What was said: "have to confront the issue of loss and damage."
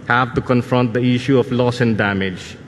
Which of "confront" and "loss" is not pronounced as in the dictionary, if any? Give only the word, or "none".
none